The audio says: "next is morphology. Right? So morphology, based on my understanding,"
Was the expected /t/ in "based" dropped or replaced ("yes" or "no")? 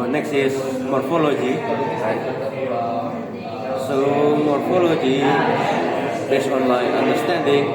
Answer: yes